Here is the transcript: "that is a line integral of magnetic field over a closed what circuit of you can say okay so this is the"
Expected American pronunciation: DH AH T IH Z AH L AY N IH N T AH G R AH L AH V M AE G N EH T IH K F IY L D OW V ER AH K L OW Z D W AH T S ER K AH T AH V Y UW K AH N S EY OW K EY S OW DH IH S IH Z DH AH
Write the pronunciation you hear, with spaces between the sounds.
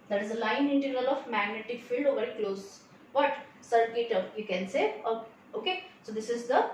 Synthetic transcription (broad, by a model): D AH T IH Z AH L AY N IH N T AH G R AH L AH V M AE G N EH T IH K F IY L D OW V ER AH K L OW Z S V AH T S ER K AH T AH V Y UW K AH N S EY OW K EY S OW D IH S IH Z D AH